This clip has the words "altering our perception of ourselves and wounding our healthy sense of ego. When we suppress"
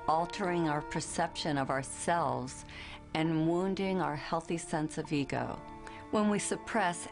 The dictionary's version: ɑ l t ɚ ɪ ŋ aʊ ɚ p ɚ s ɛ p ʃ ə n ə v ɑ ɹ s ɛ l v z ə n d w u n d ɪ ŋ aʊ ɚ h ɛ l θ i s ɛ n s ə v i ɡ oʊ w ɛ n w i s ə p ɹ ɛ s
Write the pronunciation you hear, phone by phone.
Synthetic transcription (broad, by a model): ɑ l t ɚ ɪ ŋ aʊ ɚ p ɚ s ɛ p ʃ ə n ə v ɑ ɹ s ɛ l v z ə n w u n d ɪ ŋ aʊ ɚ h ɛ l θ i s ɛ n s ə v i ɡ oʊ w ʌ n w i s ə p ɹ ɛ s